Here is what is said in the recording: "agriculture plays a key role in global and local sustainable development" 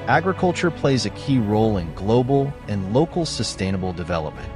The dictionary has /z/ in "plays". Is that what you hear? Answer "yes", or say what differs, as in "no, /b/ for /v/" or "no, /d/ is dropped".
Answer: yes